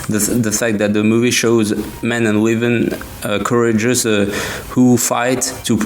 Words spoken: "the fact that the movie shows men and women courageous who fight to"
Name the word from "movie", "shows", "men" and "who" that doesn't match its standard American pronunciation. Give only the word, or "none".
none